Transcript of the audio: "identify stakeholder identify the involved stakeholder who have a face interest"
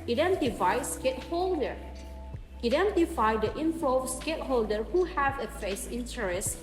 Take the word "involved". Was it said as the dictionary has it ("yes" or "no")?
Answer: no